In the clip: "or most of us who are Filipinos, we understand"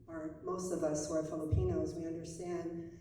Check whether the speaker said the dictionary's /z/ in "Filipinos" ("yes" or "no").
yes